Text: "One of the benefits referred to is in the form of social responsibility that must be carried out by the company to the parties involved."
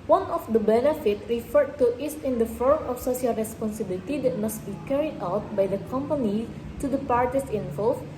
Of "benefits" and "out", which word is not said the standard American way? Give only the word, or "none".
benefits